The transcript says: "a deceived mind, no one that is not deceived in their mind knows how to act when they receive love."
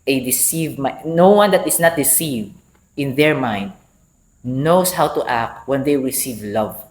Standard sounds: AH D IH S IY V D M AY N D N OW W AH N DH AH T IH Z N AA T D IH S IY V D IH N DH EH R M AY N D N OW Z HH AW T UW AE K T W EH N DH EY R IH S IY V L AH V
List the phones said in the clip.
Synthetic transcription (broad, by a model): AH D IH S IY V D M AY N N OW W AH N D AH T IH S N AA T D IH S IY V D IH N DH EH R M AY N D N OW S HH AW T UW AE K T W EH N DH EY R IH S IY V L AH V